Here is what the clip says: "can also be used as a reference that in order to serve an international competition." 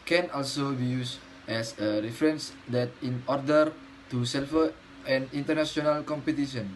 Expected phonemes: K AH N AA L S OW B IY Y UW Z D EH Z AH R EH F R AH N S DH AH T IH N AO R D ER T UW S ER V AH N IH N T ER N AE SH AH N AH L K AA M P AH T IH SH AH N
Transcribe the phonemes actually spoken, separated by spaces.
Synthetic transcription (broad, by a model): K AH N AA L S OW B IY Y UW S EH S AH R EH F R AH N S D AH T IH N AO R D ER T UW S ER F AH N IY N T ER N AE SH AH N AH L K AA M P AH T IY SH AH N